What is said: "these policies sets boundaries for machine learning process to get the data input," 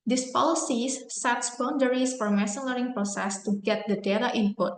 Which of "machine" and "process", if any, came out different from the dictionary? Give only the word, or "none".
machine